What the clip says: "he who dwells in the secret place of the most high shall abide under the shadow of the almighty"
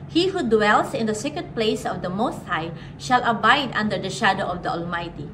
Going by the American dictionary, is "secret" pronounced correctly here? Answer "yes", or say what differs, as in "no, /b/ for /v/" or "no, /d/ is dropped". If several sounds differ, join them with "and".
no, /ɹ/ is dropped